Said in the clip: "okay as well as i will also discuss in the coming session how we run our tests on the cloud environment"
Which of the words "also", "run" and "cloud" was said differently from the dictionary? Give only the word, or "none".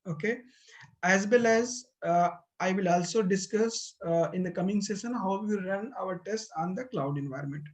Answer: none